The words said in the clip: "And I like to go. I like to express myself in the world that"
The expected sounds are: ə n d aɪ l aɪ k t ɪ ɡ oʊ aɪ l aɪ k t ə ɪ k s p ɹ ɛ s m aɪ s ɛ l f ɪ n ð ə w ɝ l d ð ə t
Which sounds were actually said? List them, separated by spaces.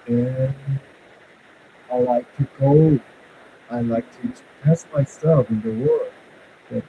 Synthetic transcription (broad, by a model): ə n aɪ l aɪ k t ɪ ɡ oʊ aɪ l aɪ k t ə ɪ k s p ɛ s m aɪ s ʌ f ɪ n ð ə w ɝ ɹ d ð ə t